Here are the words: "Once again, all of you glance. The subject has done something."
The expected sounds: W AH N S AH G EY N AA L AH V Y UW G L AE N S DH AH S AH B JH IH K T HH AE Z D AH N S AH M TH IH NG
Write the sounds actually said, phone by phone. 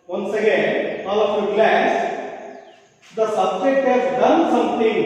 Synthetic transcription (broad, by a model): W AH N S AH G EY N AA L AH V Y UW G L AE S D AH S AH B JH IH K T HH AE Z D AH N S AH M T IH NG